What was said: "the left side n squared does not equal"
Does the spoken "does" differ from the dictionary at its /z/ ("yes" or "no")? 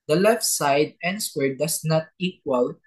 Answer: yes